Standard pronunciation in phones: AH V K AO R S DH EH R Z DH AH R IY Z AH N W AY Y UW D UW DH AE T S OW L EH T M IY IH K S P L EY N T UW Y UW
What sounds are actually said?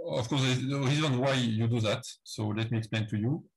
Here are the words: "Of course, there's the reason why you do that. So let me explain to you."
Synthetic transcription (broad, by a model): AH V K AO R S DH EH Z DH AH R IY Z AH N W AY Y UW D UW DH AE T S OW L EH T M IY IH K S P L EY N T UW Y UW